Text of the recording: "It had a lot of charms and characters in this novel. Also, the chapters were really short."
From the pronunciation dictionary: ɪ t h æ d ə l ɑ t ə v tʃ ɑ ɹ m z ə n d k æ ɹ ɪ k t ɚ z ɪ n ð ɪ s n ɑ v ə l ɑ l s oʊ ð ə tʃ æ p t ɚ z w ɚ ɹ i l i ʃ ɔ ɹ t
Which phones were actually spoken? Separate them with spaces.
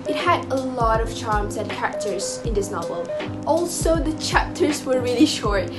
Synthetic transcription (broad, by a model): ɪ t h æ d ə l ɑ t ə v tʃ ɑ ɹ m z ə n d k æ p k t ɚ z ɪ n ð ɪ s n ɑ v ə l ɑ l s oʊ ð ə tʃ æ p t ɚ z w ɚ ɹ i l i ʃ ɔ ɹ t